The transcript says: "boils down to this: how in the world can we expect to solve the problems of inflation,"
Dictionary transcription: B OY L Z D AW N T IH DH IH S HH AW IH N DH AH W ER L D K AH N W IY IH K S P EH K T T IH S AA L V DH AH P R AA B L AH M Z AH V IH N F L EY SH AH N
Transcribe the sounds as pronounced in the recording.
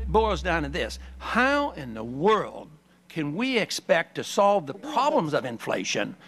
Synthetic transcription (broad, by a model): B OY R Z D AW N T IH DH IH S HH AW IH N DH AH W ER L D K AH N W IY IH K S P EH K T T IH S AA L V DH AH P R AA B L AH M Z AH V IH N F L EY SH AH N